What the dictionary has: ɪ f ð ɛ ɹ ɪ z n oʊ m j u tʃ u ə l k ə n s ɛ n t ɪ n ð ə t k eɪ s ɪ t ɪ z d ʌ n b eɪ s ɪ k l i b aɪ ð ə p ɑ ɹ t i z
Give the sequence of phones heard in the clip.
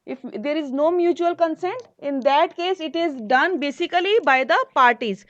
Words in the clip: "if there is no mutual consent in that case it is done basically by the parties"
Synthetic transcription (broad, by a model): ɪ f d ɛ ɹ ɪ z n oʊ m j u tʃ u ə l k ə n s ɛ n t ɪ n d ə t k eɪ s ɪ t ɪ z d ʌ n b eɪ s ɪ k l i b aɪ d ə p ɑ ɹ t i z